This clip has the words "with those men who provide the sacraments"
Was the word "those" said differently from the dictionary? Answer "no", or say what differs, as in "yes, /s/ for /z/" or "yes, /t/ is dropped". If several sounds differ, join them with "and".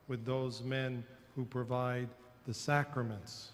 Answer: no